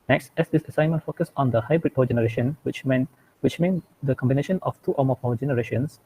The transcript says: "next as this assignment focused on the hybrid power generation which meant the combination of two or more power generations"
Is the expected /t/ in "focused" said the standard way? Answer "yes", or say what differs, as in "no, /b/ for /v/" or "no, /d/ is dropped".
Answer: no, /t/ is dropped